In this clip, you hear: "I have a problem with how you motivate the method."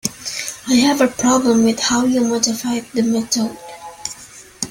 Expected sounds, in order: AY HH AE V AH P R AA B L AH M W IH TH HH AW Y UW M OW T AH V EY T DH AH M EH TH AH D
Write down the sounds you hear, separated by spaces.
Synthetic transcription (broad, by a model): AY HH AE V AH P R AA B L AH M W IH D HH AW Y UW M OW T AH F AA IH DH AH M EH T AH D